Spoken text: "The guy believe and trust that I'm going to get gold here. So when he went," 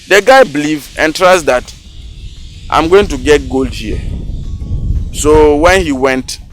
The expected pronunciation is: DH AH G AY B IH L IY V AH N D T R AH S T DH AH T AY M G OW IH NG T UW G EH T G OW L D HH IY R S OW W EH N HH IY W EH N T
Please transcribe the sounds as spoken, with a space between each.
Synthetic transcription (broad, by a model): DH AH G AY B L IY V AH N T R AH S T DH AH T AY M G OW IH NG T UW G EH T G OW L D HH IY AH S OW W EH N HH IY W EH N T